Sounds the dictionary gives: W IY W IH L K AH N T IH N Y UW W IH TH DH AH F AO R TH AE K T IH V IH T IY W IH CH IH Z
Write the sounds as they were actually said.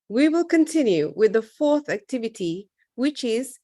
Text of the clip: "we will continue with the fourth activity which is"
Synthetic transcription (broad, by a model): W IY W IH L K AH N T IH N Y UW W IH DH AH F AO R TH AE K T IH V IH T IY W IH CH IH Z